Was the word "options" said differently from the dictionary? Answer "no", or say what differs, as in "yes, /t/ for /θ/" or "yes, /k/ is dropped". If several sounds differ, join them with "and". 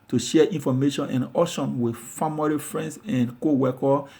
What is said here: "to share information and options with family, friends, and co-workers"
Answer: yes, /p/ is dropped and /z/ is dropped